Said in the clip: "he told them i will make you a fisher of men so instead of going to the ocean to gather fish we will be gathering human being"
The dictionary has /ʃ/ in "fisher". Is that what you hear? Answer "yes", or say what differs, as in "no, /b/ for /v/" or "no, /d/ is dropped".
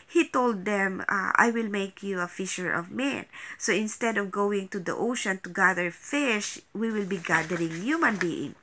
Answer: yes